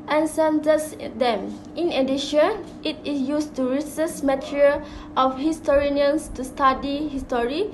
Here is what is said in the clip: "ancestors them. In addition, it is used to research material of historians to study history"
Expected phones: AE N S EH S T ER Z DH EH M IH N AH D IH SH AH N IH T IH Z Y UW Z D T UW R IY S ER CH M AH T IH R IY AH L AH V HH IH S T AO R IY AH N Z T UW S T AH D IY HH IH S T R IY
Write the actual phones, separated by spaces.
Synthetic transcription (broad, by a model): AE N S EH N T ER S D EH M IH N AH D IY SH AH N IH T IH S Y UW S T UW R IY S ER S M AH T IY R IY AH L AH F HH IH S T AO R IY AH N S T UW S T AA D IY HH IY S T R IY